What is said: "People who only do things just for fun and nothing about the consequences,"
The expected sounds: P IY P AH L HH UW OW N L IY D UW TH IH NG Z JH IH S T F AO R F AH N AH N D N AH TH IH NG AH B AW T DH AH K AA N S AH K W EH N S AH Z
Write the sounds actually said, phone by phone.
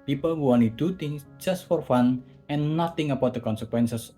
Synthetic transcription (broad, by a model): P IY P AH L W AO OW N IY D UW T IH NG S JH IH S T F AO R F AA N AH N N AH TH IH NG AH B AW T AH K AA N S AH K W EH N S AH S